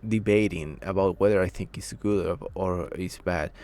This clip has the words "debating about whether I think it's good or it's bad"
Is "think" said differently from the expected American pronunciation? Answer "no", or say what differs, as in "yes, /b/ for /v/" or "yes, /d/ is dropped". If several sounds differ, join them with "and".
no